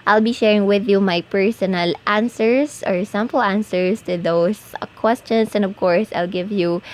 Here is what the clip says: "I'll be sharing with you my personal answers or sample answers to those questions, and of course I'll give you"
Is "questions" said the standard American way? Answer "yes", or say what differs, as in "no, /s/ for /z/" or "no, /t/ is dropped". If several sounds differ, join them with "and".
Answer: no, /s/ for /z/